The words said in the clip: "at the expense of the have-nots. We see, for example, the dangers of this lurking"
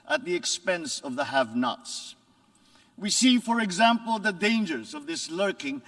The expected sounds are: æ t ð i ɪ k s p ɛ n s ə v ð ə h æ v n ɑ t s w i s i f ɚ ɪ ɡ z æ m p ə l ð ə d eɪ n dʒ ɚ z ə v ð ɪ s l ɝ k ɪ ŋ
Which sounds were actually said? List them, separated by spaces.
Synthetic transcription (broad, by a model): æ t ð i ɪ k s p ɛ n s ə v ð ə h æ v n ɑ t s w i s i f ɚ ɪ ɡ z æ m p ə l ð ə d eɪ n dʒ ɚ z ə v ð ɪ s l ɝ k ɪ ŋ